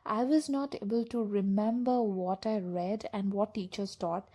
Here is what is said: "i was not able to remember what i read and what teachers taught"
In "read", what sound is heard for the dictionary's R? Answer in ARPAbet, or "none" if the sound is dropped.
R